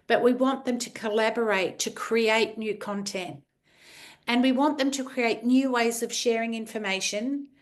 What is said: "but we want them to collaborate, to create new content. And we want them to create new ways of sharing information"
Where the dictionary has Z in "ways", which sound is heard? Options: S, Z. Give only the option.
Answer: Z